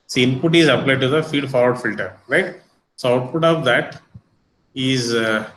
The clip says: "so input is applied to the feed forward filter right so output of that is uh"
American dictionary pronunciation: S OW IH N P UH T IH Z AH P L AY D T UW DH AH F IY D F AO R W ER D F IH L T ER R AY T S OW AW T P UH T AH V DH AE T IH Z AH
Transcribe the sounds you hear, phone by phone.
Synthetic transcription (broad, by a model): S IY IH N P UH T IH Z AH P L AY D T UW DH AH F IY D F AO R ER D F IH L T ER R AY T S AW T F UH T AH V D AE T IH Z